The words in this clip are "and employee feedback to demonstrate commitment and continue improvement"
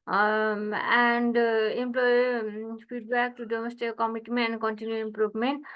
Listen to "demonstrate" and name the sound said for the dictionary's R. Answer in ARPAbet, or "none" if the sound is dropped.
none